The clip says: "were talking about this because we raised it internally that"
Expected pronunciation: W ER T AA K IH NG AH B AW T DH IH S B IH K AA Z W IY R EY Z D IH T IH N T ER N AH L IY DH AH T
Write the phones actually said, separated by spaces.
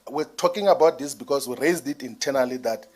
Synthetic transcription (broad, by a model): W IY T AA K IH NG AH B AW T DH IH S B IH K AA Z W IY R EY Z D IH T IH N T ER N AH L IY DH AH T